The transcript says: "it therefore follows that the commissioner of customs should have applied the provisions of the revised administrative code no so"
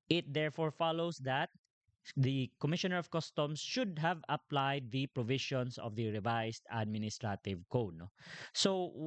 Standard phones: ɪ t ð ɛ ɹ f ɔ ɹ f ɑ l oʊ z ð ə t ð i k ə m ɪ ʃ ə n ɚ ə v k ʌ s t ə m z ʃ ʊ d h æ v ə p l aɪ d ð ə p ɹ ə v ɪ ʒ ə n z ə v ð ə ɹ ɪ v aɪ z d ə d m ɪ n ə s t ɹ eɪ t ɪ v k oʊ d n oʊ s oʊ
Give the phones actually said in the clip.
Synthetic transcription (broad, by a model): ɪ t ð ɛ ɹ f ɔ ɹ f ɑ l oʊ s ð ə t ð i k ə m ɪ ʃ ə n ɚ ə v k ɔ s t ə m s ʃ ʊ d h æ v ə p l aɪ d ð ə p ɹ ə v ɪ ʃ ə n s ə v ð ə ɹ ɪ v aɪ s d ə d m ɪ n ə s t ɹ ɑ t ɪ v k oʊ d n oʊ s oʊ